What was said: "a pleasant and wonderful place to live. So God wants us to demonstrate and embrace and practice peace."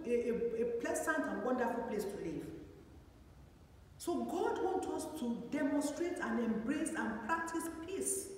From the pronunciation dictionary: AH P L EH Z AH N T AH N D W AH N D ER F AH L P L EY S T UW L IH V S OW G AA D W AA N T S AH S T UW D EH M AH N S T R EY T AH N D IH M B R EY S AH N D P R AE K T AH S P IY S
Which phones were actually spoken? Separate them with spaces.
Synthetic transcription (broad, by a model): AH P L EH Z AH N T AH N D W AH N D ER F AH L P L EY S T UW L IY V S OW G AA D W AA N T AH S T UW D EH M AH N S T R EY T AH N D IH M B R EY S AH N P R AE K T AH S P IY S